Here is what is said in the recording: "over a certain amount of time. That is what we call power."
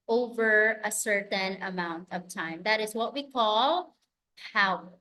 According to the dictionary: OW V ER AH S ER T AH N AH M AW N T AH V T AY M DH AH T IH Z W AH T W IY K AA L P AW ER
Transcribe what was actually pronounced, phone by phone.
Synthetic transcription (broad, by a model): OW V ER AH S ER T AH N AH M AW N T AH V T AY M DH AH T IH Z W AH T W IY K AA L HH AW